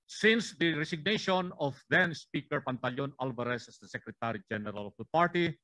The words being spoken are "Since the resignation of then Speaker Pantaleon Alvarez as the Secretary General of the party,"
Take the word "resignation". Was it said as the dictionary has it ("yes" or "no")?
no